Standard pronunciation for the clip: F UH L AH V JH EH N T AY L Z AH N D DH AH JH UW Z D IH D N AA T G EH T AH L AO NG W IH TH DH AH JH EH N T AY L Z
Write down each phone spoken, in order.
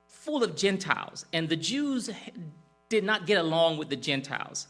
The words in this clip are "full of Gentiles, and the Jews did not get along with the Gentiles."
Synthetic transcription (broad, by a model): F UH L AH V JH EH N T AY L Z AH N DH AH JH UW Z D IH D N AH T G EH T AH L AO NG W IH DH AH JH EH N T AY L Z